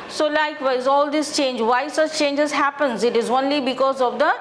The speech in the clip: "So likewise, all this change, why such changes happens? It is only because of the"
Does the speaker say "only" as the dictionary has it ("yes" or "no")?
yes